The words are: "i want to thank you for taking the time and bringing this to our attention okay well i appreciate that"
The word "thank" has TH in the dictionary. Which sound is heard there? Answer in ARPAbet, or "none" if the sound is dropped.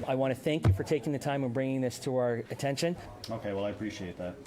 TH